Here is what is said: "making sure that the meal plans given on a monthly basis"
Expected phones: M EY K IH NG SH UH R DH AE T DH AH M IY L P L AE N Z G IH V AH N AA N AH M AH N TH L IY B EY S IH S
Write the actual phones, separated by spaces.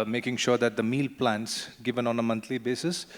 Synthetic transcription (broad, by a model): M EY K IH NG SH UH R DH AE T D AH M IY L P L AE N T G IH V AH N AA N AH M AH N T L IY B EY S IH S